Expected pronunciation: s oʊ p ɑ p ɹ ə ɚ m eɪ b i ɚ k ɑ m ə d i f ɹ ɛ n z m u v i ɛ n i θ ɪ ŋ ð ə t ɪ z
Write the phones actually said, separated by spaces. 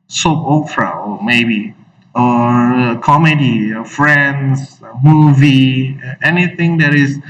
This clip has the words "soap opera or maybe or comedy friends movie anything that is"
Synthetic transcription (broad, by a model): s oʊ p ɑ f ɹ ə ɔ m eɪ b i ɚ k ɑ m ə d i f ɹ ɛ n s m u v i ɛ n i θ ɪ ŋ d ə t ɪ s